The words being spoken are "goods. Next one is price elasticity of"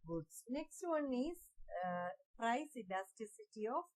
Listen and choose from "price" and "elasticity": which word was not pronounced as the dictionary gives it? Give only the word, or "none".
elasticity